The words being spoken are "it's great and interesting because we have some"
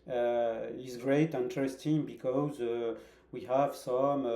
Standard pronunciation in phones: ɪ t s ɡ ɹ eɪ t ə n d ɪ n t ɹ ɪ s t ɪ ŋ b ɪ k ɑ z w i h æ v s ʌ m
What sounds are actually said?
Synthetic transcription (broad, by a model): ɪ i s ɡ ɹ eɪ ə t ɪ n t ɹ ɪ s t ɪ ŋ b ɪ k ɑ z w i h æ v s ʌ m